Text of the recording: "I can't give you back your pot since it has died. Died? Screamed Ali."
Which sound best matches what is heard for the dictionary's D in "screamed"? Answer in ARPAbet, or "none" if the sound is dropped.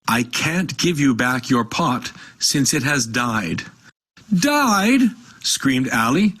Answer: D